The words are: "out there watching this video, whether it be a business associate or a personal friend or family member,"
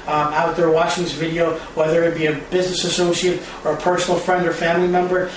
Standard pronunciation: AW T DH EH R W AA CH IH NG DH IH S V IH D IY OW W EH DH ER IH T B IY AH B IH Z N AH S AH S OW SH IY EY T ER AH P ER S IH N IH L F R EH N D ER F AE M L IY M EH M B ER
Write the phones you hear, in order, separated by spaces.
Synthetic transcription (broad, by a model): AW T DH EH R W AA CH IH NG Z V IH D IY OW W EH DH ER IH T B IY AH B IH Z N AH S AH S OW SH IY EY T ER AH P ER S N L F R EH N D ER F AE M L IY M EH M B ER